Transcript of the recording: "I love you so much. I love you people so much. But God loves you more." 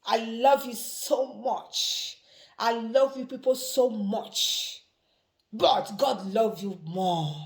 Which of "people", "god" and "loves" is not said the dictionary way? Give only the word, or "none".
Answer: loves